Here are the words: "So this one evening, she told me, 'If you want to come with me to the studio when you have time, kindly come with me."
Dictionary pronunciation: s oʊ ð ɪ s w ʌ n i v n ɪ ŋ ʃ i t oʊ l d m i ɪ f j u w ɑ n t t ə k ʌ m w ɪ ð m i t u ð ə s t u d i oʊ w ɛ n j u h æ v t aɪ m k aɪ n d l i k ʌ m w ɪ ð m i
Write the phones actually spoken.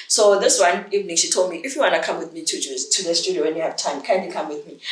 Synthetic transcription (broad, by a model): s oʊ ð ɪ s w ʌ n i v n ɪ ŋ ʃ i t oʊ l d m i ɪ f j u w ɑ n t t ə k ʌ m w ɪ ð m i t u ð ə s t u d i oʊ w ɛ n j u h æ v t aɪ m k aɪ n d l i k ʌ m w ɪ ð m i